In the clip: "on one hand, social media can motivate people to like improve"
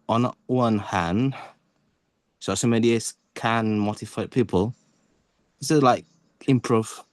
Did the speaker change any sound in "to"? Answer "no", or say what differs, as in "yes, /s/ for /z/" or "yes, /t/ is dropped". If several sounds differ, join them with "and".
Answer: yes, /s/ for /t/